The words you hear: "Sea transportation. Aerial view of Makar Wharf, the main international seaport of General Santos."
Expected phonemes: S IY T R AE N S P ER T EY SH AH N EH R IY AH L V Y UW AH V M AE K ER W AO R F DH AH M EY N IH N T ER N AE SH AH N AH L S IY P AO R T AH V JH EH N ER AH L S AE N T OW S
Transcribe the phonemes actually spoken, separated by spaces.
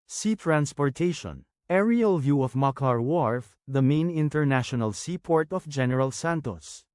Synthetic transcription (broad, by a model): S IY T R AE N S P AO T EY SH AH N EH R IY AH L V Y UW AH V M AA K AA W AO R F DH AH M EY N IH N T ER N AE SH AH N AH L S IY P AO R T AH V JH EH N ER AH L S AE N T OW S